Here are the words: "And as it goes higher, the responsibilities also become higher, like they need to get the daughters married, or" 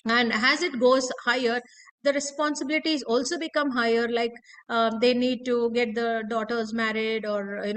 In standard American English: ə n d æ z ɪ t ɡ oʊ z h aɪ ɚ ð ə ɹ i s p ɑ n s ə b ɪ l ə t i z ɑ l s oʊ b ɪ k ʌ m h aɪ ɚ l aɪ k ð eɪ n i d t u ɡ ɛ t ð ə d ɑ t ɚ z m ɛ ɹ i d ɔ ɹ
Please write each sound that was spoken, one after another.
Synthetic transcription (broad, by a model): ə n d æ z ɪ t ɡ oʊ z h aɪ ɚ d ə ɹ i s p ɑ n s ə b ɪ l ə t i z ɑ l s oʊ b ɪ k ʌ m h aɪ ɚ l aɪ k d eɪ n i d t u ɡ ɛ t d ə d ɑ t ɚ z m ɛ ɹ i d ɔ ɹ